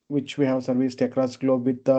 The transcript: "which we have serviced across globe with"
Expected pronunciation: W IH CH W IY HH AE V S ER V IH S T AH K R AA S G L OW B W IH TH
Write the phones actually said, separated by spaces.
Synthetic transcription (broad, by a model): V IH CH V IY HH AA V S ER V IH S T AH K R AA S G L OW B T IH